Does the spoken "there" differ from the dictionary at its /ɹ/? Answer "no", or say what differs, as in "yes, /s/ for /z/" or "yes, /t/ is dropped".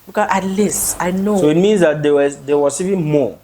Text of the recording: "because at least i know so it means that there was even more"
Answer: yes, /w/ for /ɹ/